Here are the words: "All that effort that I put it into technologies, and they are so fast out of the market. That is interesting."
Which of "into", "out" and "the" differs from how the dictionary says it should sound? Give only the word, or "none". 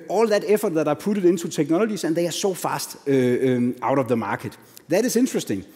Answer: into